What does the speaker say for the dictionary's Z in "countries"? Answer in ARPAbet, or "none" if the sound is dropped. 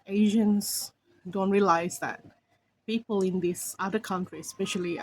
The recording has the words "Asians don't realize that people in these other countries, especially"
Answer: none